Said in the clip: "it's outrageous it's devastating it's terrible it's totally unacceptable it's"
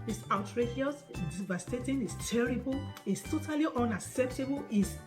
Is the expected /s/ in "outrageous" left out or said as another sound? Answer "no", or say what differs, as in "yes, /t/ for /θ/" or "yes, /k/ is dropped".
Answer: yes, /s/ is dropped